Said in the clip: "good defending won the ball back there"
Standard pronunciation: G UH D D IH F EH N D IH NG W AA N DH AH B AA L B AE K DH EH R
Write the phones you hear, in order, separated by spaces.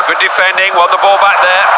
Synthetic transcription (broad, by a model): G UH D D IH F EH N D IH NG W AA L DH AH B AA L B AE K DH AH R